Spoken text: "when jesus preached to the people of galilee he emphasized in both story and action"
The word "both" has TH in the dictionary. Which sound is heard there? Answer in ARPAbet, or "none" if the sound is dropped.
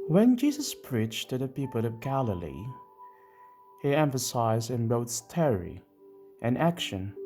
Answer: T